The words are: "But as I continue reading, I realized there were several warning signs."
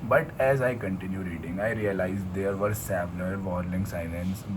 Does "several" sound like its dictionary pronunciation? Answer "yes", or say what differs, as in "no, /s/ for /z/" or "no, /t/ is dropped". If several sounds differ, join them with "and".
no, /l/ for /ɹ/